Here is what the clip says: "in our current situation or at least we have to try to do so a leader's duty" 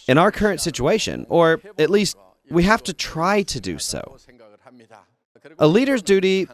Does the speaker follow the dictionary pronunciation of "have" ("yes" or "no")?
no